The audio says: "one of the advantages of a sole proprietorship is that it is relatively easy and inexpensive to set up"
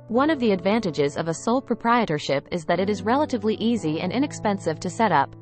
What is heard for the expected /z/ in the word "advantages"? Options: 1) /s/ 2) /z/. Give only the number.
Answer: 2